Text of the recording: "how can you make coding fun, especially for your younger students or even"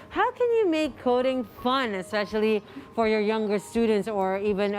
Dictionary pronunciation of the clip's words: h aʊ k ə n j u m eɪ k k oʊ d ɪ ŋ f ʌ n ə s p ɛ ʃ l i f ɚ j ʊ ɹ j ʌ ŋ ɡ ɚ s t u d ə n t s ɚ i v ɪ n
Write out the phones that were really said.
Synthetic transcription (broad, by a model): h aʊ k ə n j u m eɪ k k oʊ d ɪ ŋ f ʌ n ə s p ɛ ʃ l i f ɚ j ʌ ɹ j ʌ ŋ ɡ ɚ s t u d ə n t s ɚ i v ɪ n